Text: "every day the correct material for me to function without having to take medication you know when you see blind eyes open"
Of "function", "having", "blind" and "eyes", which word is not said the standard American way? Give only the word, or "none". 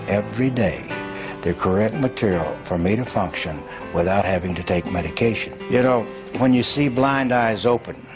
none